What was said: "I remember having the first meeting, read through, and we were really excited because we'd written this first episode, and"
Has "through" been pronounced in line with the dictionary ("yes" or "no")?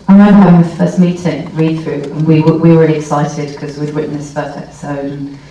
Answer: yes